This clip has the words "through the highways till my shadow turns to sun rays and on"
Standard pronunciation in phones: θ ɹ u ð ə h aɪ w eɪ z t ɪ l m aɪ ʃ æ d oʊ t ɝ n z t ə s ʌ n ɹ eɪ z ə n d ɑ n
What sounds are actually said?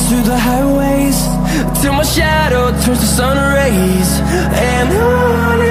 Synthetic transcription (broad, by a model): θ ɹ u ð ə h aɪ w eɪ z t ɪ m aɪ ʃ æ d oʊ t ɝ z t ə s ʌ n ɹ eɪ z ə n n